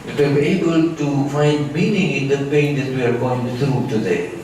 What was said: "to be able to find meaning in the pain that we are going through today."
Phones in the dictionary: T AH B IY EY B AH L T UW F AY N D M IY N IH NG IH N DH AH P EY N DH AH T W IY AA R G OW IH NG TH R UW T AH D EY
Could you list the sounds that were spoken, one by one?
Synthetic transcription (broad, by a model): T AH B IY EY B AH L T UW F AY N D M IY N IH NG IH N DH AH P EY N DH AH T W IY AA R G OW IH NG S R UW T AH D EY